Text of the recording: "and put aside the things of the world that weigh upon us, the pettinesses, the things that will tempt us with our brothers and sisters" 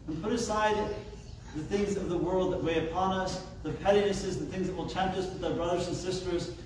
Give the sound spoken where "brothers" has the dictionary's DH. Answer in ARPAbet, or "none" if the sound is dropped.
DH